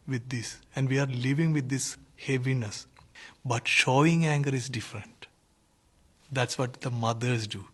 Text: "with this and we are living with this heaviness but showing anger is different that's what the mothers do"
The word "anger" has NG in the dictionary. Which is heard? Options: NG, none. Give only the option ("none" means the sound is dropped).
NG